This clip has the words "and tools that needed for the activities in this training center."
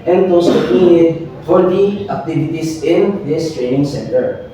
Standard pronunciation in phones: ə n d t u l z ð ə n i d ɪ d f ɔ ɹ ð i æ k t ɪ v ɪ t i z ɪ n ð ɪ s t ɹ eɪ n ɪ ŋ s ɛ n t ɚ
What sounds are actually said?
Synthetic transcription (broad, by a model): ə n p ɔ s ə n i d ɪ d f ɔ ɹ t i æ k t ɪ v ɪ t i s ɪ n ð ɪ s t ɹ eɪ n ɪ ŋ s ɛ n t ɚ